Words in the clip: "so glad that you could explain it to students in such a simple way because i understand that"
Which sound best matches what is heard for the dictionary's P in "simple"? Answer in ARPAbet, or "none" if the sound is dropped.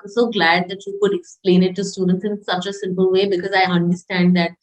P